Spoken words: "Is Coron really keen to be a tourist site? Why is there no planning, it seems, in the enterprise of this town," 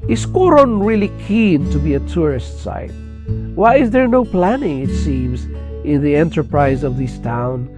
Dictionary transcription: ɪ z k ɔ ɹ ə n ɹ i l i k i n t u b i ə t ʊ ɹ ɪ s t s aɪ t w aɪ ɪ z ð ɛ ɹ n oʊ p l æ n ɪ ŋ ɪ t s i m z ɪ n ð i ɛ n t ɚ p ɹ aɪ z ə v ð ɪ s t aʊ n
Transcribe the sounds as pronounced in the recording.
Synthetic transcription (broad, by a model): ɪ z k ɔ ɹ ə n ɹ i l i k i n t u b i ə t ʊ ɹ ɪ s t s aɪ t w aɪ ɪ z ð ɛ ɹ n oʊ p l æ n ɪ ŋ ɪ t s i m z ɪ n ð i ɛ n t ɚ p ɹ aɪ z ə v ð ɪ s t aʊ n